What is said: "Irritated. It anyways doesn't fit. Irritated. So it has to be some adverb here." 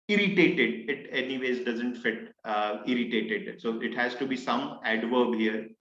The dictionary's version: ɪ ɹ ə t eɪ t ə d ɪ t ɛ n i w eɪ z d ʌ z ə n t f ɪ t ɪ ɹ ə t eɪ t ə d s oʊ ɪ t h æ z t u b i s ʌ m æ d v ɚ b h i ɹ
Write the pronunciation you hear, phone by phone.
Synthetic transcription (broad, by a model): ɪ ɹ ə t eɪ t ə d ɪ t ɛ n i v eɪ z d ʌ z ə n t f ɪ t ɪ ɹ ə t eɪ t ə d s oʊ ɪ t h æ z t u b i s ʌ m æ d v ɚ b h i ɹ